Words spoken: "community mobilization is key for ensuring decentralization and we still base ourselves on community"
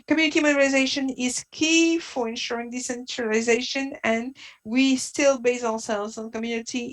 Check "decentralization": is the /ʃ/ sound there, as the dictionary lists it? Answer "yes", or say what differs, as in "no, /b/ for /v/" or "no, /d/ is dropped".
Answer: yes